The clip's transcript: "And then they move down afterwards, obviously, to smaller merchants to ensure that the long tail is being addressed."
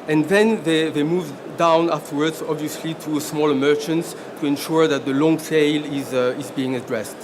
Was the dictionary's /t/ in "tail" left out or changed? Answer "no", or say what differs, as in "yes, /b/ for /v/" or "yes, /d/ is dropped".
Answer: yes, /s/ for /t/